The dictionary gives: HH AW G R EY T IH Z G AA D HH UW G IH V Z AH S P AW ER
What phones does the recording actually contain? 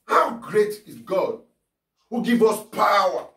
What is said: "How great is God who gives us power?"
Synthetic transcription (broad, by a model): HH AW G R EY T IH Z G AA D HH UW G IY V AH S P AW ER